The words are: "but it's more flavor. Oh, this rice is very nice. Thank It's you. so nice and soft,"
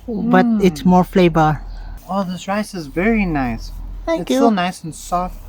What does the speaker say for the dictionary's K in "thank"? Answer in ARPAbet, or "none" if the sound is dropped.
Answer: none